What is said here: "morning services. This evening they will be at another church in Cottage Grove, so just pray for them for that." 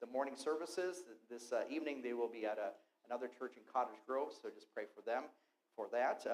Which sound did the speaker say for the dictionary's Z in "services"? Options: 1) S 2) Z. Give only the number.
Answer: 2